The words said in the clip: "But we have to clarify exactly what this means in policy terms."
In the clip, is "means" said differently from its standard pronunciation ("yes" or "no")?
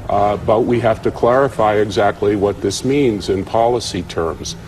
no